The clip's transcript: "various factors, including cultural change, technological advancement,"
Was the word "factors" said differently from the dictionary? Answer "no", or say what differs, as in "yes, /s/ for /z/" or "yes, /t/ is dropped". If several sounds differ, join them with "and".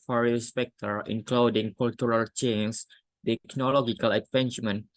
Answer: yes, /p/ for /f/ and /z/ is dropped